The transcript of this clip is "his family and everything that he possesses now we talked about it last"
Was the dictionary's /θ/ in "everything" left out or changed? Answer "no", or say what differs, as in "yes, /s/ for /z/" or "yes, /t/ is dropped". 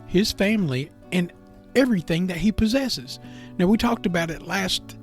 no